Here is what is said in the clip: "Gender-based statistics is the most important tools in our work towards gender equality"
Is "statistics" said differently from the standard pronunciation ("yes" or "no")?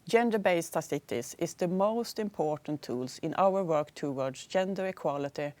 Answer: yes